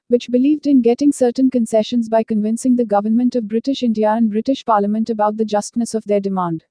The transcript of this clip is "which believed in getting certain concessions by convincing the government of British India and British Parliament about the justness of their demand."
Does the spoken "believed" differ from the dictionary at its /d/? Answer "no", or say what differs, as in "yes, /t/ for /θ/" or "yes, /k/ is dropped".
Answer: no